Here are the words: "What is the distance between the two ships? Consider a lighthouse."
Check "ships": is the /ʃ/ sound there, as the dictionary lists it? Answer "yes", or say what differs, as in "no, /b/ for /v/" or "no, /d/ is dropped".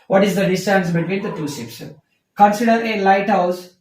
no, /s/ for /ʃ/